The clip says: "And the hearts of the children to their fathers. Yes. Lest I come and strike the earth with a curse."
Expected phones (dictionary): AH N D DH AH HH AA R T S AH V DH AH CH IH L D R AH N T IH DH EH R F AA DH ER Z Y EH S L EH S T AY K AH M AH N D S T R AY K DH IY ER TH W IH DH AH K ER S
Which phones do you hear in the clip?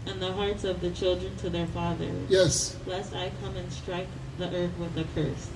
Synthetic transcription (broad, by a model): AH N DH AH HH AA R T S AH V DH AH CH IH L D R AH N T IH DH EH R F AA DH ER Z Y EH S L EH S T AY K AH M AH N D S T R AY K DH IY ER TH W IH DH AH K ER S